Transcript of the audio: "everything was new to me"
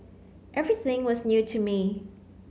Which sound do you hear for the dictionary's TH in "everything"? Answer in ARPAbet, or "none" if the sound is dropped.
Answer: TH